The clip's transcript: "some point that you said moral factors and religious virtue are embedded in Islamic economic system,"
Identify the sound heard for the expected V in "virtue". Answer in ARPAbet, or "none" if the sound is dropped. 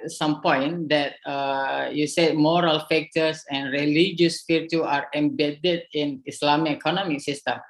F